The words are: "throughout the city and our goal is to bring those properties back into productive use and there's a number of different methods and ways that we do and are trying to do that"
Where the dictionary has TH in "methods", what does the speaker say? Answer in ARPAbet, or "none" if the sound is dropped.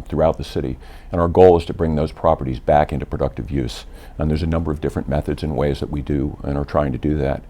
TH